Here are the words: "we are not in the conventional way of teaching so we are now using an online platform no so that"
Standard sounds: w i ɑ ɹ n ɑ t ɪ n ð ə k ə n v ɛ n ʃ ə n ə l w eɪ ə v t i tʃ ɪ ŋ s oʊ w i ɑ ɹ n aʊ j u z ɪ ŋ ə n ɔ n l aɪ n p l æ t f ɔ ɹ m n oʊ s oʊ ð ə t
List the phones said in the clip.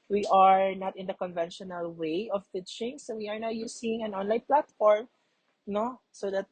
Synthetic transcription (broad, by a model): w i ɑ ɹ n ɑ t ɪ n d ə k ə n v ɛ n ʃ ə n ə l w eɪ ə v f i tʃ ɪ ŋ s oʊ w i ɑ ɹ n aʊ j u s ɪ ŋ ə n ɔ n l aɪ n p l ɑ t f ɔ ɹ m n oʊ s oʊ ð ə t